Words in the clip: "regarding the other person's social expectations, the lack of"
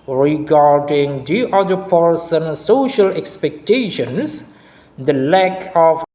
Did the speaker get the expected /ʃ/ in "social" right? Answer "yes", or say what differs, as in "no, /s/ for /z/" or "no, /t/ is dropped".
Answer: yes